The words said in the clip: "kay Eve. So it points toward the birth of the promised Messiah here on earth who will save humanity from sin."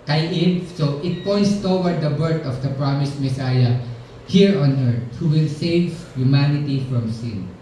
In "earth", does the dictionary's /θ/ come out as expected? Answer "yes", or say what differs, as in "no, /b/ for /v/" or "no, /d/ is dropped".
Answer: no, /t/ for /θ/